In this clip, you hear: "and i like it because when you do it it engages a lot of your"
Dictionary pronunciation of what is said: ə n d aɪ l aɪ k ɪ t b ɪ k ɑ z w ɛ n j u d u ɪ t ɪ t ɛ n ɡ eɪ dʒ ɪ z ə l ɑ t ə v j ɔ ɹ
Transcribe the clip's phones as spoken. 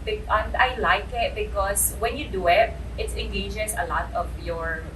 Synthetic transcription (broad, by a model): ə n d aɪ l aɪ k ɪ t b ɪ k ɑ s w ɛ n j u d u ɪ t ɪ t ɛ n ɡ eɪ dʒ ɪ s ə l ɑ t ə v j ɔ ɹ